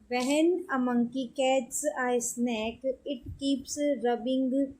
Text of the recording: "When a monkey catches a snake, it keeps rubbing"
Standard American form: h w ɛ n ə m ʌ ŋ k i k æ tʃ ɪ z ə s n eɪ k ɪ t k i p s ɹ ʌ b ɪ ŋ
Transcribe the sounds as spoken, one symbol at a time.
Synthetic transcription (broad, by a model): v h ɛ n ə m ʌ ŋ k i k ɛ s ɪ ə s n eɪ k ɪ t k i p s ɹ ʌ b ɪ ŋ